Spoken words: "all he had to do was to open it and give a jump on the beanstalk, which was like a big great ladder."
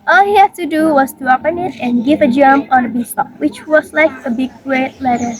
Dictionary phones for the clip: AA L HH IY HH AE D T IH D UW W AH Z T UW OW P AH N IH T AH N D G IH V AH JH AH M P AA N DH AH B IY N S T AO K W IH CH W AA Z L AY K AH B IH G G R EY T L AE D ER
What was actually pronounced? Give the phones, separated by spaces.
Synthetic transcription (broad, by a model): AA L HH IY HH AE D T IH D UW W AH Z T UW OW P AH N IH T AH N G IH V AH JH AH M AA N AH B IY S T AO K W IH CH W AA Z L AY K AH B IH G G R EY T L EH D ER